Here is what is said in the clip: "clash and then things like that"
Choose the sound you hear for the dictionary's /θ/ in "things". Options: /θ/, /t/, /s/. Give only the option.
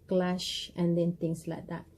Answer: /t/